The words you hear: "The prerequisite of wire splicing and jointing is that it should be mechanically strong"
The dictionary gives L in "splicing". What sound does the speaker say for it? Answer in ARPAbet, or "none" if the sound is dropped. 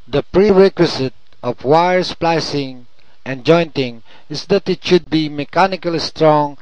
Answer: L